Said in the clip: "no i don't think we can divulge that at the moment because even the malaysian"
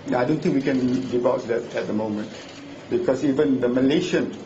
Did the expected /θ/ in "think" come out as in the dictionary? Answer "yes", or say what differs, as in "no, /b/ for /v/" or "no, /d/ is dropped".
no, /t/ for /θ/